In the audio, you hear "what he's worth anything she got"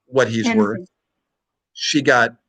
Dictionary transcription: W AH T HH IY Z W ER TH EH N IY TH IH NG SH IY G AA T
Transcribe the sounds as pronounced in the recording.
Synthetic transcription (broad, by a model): W AH T HH IY Z W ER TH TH SH IY G AA T